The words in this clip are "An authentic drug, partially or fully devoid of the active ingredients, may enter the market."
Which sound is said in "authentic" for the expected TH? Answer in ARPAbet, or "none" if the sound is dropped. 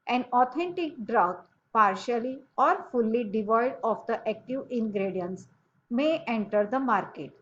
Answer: T